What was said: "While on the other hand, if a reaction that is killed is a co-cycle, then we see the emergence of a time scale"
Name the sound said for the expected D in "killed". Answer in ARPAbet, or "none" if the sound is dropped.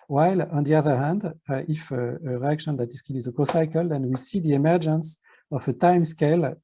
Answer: none